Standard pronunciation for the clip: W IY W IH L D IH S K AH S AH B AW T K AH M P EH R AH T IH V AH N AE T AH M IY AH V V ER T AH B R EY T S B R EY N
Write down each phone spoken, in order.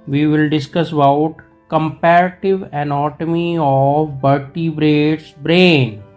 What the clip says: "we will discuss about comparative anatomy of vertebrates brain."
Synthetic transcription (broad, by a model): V IY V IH L D IH S K AH S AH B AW T K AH M P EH R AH T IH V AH N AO T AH M IY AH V B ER T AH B R EY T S B R EY N